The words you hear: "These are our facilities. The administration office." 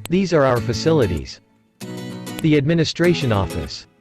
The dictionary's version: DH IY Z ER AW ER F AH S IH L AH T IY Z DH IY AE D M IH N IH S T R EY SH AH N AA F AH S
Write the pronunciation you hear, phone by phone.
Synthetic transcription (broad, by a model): DH IY Z ER AW ER F AH S IH L AH T IY Z DH IY AE D M IH N IH S T R EY SH AH N AA F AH S